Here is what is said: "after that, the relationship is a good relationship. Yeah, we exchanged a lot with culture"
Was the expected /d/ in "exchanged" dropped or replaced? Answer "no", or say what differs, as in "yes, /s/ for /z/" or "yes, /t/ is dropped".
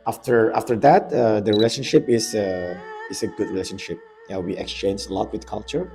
yes, /d/ is dropped